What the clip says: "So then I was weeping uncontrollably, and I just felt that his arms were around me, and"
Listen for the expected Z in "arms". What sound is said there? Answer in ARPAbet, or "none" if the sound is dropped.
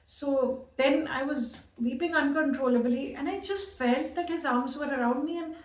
Z